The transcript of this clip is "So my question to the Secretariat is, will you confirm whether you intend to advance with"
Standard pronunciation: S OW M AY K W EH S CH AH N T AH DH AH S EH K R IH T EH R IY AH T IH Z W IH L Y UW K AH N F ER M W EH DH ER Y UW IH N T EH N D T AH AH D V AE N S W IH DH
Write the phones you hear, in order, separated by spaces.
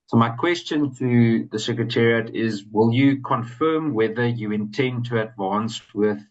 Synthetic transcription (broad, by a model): S OW M AY K W EH S CH AH N T AH DH AH S EH K R IH T EH R IY AH T IH Z W IH L Y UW K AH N F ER M W EH DH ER Y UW IH N T EH N D T AH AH D V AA N S W IH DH